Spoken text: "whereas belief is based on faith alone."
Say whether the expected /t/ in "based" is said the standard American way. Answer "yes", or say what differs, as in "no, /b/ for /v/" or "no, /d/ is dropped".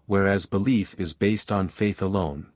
yes